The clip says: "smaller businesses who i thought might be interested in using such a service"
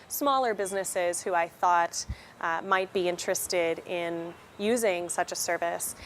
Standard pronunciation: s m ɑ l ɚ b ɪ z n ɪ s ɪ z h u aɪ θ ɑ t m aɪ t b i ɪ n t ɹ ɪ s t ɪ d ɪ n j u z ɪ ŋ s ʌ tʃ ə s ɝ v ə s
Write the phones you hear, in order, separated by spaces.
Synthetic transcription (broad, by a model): s m ɑ l ɚ b ɪ z n ɪ s ɪ z h u aɪ θ ɑ t m aɪ t b i ɪ n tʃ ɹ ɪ s t ɪ d ɪ n j u z ɪ ŋ s ʌ tʃ ə s ɝ v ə s